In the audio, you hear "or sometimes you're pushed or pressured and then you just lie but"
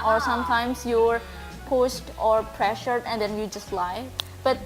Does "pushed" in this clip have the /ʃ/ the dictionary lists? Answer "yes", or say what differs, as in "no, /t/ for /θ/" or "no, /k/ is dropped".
no, /s/ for /ʃ/